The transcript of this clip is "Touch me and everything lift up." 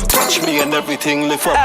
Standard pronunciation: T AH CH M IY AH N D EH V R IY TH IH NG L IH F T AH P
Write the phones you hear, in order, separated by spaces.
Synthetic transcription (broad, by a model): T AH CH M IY AH N D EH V R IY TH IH NG L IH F AH